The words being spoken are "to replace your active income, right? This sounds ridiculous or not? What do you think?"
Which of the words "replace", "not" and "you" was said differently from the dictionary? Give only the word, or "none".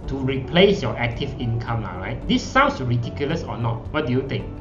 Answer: none